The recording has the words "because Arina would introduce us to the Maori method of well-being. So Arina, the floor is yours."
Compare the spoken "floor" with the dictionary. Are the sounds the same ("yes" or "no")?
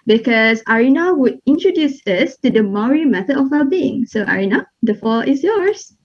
no